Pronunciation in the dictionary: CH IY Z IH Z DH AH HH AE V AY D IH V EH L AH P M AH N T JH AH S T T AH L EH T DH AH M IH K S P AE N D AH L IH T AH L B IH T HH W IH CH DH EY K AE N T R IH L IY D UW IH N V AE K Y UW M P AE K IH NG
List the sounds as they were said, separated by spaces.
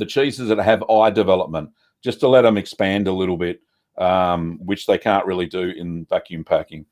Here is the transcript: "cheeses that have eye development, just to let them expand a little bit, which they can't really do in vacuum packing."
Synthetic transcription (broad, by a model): CH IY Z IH Z DH AH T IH V AY D IH V EH L AH P M AH N T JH AH S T T AH L EH T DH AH M IH K S P AE N D AH L IH T L B IH T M W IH CH DH EY K AE N T R IH L IY D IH IH N V AE K Y UW M P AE K IH NG